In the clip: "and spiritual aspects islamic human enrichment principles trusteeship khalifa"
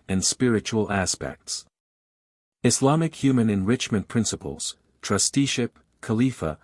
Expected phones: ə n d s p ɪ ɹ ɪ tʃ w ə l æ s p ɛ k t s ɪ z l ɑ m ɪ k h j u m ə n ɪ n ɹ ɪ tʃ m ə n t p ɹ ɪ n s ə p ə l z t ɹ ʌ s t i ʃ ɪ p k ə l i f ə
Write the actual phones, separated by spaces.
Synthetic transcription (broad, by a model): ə n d s p ɪ ɹ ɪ tʃ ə l æ s p ɛ k t s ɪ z l ɑ m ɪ k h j u m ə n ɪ n ɹ ɪ tʃ m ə n p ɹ ɪ n s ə p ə l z t ɹ ʌ s t i ʃ ɪ p k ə l i f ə